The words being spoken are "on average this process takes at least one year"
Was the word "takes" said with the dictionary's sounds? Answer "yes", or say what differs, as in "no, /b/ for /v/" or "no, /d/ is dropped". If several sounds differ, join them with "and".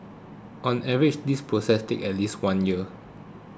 no, /s/ is dropped